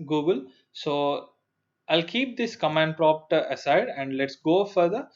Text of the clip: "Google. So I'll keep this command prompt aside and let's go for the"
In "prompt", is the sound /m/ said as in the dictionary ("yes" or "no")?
no